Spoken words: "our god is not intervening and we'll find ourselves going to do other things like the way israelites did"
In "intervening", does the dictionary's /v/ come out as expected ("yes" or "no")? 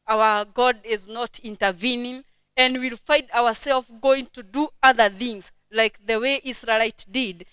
yes